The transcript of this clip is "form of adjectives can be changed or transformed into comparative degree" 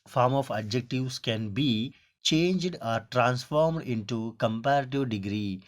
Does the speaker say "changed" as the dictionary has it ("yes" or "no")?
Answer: yes